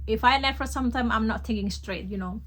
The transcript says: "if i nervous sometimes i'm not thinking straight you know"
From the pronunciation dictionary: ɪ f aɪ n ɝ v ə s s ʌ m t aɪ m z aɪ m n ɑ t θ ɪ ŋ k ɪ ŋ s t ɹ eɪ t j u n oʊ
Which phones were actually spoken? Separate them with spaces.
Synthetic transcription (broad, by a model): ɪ f aɪ l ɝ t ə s s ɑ m t aɪ m aɪ m n ɑ t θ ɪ ŋ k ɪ ŋ s t ɹ eɪ t j u n oʊ